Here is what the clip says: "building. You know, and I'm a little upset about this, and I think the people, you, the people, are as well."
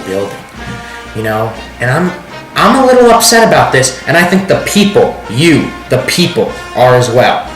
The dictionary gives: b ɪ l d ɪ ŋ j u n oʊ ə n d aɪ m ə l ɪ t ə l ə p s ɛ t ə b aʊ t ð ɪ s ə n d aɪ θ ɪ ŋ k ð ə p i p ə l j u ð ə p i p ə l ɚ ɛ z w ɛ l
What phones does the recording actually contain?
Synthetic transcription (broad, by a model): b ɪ l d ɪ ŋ j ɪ n oʊ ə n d aɪ m ə l ɪ t l ə p s ɛ t ə b aʊ t ð ɪ s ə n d aɪ θ ɪ ŋ k ð ə p i p l j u ð ə p i p l ɚ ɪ z w ɛ l